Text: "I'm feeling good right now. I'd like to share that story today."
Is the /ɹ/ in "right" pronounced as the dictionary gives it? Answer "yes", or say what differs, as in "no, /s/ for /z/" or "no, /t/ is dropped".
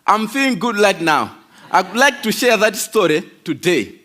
no, /l/ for /ɹ/